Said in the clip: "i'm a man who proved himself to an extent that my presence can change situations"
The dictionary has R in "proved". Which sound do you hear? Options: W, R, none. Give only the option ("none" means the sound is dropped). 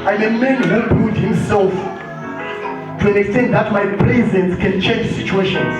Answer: none